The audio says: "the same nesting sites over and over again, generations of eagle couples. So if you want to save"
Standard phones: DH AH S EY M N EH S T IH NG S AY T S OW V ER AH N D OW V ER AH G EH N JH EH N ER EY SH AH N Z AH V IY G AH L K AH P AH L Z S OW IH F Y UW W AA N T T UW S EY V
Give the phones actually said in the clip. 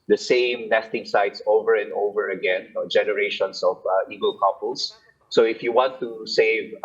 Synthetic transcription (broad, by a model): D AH S EY M N EH S T IH NG S AY T S OW V ER AH N D OW V ER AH G EH N JH EH N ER EY SH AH N S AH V IY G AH L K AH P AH L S S OW IH F Y UW W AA N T T UW S EY V